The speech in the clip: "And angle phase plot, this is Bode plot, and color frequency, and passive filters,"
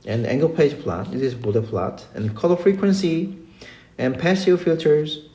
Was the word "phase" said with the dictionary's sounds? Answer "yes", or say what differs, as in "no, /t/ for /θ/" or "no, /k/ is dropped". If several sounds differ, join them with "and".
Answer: no, /p/ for /f/